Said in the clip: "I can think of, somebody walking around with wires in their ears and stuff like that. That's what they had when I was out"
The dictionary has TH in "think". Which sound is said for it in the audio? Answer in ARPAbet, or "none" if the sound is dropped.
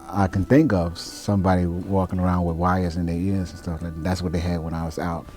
TH